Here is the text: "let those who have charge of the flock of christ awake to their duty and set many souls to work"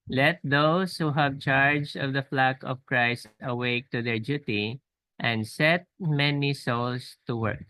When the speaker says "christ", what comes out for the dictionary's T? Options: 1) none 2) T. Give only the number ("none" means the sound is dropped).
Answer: 2